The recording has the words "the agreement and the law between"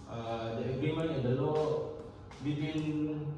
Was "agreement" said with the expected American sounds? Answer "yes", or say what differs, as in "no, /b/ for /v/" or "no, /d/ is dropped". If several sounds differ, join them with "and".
no, /t/ is dropped